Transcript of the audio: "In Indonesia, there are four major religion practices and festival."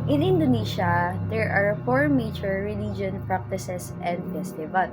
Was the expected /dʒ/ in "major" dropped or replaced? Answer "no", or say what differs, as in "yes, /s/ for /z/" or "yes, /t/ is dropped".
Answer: yes, /tʃ/ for /dʒ/